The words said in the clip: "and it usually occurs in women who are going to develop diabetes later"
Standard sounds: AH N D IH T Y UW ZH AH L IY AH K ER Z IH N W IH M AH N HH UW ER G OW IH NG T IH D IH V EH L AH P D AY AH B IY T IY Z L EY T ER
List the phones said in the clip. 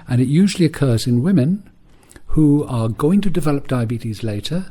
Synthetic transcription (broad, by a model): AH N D IH T Y UW ZH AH L IY AH K ER Z IH N W IH M AH N HH UW ER G OW IH NG T IH D IH V EH L AH P D AY AH B IY T IY Z L EY T ER